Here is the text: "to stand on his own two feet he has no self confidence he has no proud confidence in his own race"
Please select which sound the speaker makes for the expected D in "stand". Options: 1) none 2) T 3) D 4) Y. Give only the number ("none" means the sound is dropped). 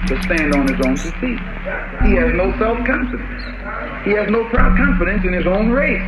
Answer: 3